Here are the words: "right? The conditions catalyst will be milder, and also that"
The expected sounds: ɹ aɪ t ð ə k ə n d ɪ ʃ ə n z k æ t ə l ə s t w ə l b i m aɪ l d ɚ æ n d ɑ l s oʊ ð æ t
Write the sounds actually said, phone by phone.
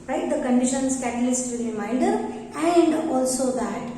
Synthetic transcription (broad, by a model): ɹ aɪ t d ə k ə n d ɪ ʃ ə n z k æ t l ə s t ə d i m aɪ n d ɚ æ n d ɑ l s oʊ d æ t